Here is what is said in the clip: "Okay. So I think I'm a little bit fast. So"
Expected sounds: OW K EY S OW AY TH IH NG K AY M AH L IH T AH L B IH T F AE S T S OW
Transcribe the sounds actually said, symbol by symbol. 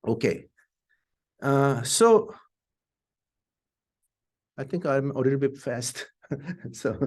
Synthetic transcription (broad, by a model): OW K EY S OW AY T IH NG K AY M AH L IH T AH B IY F AE S T S OW